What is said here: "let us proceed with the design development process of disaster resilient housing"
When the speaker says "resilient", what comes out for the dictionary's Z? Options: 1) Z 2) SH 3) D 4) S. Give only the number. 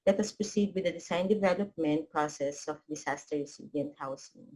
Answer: 4